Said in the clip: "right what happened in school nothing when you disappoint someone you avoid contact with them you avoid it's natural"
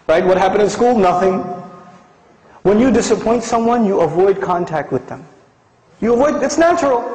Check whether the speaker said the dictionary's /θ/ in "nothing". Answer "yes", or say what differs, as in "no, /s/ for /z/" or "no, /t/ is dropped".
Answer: yes